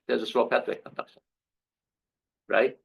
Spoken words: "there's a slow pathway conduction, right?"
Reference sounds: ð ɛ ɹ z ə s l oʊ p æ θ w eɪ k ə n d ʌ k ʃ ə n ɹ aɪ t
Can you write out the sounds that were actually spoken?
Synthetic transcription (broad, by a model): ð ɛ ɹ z ə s oʊ p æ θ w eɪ k ə n d ʌ k ʃ ə n ɹ aɪ t